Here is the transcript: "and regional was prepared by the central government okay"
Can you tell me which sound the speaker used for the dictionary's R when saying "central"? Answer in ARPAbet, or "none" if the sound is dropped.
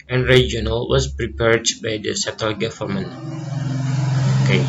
none